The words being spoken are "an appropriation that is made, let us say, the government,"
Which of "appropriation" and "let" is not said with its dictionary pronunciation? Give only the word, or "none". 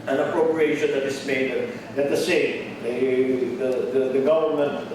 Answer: let